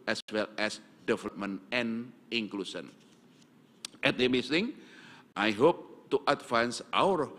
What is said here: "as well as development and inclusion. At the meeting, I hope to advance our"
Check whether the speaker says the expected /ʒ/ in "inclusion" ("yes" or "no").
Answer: no